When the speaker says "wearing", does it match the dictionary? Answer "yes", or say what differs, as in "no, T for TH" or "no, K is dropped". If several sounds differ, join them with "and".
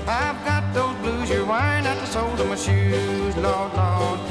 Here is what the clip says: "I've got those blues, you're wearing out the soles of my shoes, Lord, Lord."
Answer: no, R is dropped